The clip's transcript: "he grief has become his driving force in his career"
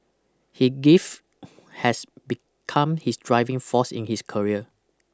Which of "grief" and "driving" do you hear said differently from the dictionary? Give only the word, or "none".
grief